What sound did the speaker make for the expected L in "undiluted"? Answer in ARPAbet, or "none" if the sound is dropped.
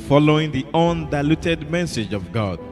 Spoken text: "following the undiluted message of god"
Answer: L